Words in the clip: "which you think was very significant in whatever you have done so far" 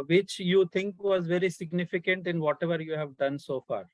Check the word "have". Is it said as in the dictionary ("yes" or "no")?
yes